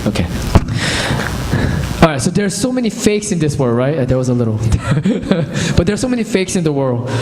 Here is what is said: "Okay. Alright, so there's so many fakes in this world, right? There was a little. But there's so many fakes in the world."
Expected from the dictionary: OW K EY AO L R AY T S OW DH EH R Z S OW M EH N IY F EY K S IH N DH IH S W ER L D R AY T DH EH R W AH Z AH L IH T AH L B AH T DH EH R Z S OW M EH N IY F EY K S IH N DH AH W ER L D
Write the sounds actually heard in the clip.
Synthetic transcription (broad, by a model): OW K EY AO R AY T S OW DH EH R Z S OW M EH N IY F EY K S IH N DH IH S W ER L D R AY T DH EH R W AH Z AH L IH T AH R B AH T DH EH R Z S OW M EH N IY F EY K S IH N DH AH W ER L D